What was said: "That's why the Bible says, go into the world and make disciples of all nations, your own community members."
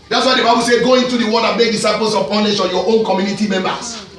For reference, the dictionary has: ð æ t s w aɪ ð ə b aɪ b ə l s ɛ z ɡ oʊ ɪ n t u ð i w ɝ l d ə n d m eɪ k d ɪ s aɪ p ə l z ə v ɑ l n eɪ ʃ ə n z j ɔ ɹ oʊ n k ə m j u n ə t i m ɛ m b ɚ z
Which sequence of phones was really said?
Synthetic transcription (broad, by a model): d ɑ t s w aɪ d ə b aɪ b ə l s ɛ ɡ oʊ ɪ n t u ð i w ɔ d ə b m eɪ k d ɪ s aɪ p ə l s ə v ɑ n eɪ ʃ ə j ɔ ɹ oʊ n k ə m j u n ə t i m ɛ m b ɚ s